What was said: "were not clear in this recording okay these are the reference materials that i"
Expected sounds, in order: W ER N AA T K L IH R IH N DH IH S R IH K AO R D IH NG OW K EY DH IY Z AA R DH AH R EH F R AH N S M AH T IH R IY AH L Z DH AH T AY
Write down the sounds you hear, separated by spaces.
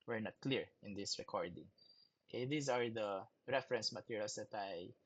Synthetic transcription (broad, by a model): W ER N AA T K L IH R IH N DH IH S R IH K AO R D IH NG OW K EY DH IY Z AA R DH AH R EH F R AH N S M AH T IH R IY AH L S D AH T AY